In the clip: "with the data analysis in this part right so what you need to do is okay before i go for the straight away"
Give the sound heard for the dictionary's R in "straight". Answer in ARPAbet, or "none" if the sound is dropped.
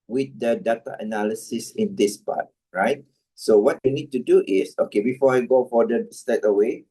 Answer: none